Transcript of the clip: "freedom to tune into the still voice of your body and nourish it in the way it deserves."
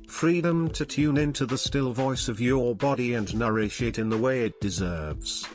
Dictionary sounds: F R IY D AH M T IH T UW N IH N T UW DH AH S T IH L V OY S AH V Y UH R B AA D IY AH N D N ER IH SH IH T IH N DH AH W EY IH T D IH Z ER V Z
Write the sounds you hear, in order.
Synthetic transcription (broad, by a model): F R IY D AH M T IH T UW N IH N T UW DH AH S T IH L V OY S AH V Y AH R B AA D IY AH N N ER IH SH IH T IH N DH AH W EY IH T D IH Z ER V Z